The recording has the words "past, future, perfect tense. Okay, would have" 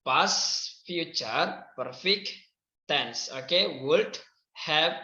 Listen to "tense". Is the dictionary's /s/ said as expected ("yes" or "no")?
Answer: yes